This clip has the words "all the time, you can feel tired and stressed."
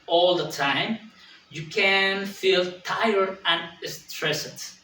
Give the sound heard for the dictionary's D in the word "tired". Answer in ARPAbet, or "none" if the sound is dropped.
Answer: none